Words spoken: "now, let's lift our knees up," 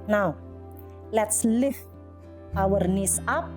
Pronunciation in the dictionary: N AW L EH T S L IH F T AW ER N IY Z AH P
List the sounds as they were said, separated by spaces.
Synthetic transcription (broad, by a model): N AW L EH T S L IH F AW ER N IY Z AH P